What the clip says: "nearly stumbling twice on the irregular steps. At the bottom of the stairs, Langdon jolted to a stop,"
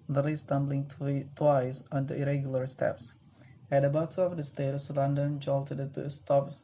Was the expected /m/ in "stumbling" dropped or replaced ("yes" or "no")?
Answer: no